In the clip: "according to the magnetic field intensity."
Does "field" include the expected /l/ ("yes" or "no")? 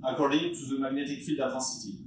yes